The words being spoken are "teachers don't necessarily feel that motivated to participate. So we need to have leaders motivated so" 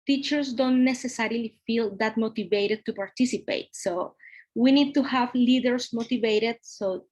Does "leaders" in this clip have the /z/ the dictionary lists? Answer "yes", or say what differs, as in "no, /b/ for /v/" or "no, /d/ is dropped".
no, /s/ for /z/